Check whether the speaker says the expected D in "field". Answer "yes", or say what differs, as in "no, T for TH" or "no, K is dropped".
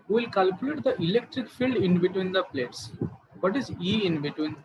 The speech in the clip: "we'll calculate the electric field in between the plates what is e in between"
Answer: yes